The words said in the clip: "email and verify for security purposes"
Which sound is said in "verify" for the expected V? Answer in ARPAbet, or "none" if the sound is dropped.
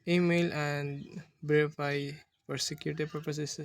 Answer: B